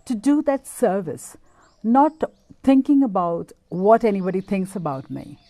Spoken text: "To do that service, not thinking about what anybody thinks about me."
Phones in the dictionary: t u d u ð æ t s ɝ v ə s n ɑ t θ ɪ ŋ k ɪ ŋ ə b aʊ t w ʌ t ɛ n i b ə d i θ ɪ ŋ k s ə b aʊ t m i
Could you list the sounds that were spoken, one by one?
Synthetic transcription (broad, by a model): t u d u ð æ t s ɝ v ə s n ɑ t t ɪ ŋ k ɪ ŋ ə b aʊ t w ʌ t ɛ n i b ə d i t ɪ ŋ k s ə b aʊ t m i